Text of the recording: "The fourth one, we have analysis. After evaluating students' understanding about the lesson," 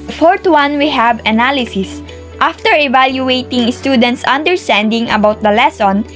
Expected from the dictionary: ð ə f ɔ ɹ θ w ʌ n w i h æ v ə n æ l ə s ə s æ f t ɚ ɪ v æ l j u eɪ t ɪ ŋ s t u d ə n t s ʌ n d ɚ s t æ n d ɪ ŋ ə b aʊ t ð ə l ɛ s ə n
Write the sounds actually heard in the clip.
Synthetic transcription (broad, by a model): f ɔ ɹ t w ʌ n w i h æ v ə n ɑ l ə s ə s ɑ f t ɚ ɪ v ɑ l j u eɪ t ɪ ŋ s t u d ə n t s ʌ n d ɚ s t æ n d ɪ ŋ ə b aʊ t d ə l ɛ s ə n